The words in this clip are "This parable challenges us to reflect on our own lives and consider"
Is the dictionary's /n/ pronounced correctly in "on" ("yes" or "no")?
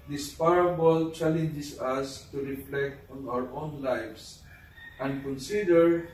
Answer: yes